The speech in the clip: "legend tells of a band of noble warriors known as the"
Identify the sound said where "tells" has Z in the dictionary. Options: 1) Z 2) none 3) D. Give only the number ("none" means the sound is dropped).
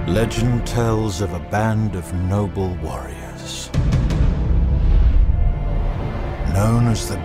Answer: 1